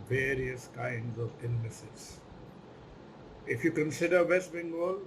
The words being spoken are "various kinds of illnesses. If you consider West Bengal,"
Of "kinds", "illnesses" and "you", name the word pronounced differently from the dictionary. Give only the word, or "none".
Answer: illnesses